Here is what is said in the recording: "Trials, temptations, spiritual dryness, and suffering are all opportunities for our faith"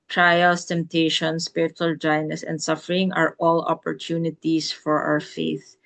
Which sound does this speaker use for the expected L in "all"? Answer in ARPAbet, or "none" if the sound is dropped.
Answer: L